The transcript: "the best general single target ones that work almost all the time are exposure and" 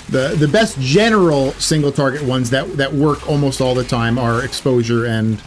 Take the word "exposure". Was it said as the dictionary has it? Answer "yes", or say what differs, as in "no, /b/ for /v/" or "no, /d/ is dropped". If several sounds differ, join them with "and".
yes